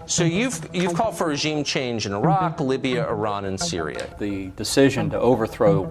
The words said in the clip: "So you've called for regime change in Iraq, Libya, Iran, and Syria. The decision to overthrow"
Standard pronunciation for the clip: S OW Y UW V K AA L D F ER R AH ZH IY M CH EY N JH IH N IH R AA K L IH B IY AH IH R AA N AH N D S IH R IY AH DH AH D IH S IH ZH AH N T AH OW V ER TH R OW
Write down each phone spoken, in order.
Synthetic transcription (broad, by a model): S OW Y UW V K AA L D F ER R AH ZH IY M CH EY N JH IH N IH R AA K L IH B IY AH IH R AA N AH N S IH R IY AH DH AH D IH S IH ZH AH N T AH OW V ER TH R OW